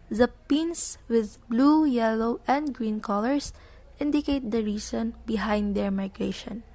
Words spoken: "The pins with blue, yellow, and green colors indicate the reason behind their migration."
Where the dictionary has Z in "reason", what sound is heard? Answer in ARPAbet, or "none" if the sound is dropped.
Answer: S